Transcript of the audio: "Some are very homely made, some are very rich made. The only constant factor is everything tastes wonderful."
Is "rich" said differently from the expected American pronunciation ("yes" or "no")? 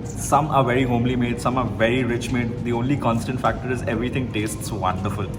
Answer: no